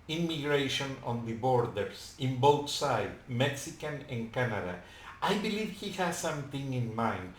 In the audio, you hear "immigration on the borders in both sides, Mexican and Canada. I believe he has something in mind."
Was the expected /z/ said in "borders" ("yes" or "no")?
no